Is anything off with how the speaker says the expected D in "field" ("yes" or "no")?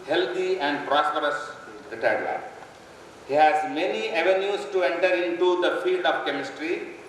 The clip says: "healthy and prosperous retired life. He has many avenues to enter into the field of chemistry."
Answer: no